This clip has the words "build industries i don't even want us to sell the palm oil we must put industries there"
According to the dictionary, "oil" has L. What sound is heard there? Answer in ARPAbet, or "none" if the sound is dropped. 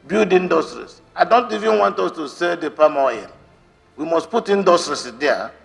N